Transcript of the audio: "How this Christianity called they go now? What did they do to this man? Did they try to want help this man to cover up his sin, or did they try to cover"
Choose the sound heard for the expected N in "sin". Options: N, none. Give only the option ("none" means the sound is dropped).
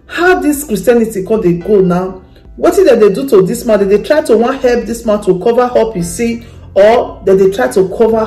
none